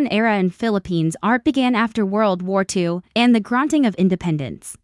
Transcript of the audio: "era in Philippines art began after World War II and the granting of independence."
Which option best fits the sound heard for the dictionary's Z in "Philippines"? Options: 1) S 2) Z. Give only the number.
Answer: 2